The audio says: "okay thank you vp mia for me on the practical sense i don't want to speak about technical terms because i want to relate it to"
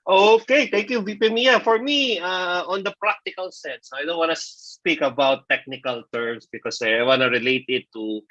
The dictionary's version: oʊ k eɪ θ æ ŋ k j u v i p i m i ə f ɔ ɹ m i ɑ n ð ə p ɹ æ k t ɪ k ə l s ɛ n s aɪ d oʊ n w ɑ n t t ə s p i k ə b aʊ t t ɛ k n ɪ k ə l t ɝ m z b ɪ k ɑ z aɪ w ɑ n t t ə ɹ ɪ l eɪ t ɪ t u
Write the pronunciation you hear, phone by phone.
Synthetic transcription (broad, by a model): oʊ k eɪ t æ ŋ k j u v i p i m i ə f ɔ ɹ m i ɑ n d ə p ɹ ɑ k t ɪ k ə l s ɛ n s aɪ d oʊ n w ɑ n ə s p i k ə b aʊ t t ɛ k n ɪ k ə l t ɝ m s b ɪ k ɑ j aɪ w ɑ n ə ɹ ɪ l eɪ t ɪ t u